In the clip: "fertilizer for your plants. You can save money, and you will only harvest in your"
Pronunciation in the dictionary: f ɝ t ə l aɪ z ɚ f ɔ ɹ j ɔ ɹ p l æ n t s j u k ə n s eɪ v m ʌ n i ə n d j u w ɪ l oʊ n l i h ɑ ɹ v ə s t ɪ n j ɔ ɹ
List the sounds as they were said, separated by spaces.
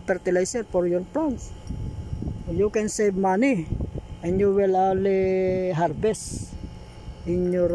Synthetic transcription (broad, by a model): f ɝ t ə l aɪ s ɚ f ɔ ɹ j ɔ ɹ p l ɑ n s j u k ə n s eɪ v m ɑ n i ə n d j u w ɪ l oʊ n l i h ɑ ɹ b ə s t ɪ n j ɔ ɹ